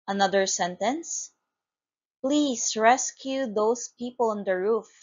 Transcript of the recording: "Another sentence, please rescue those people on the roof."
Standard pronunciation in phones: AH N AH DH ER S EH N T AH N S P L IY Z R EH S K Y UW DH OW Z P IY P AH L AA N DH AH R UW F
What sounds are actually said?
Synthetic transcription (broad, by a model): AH N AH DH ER S EH N T AH N S P L IY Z R EH S K Y UW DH OW S P IY P AH L AA N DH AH R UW F